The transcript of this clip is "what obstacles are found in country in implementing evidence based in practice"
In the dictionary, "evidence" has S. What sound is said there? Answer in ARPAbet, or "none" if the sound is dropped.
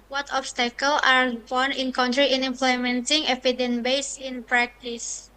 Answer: none